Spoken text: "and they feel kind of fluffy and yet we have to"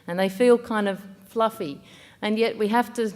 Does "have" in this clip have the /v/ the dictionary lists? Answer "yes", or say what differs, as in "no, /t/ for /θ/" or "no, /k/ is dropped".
no, /f/ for /v/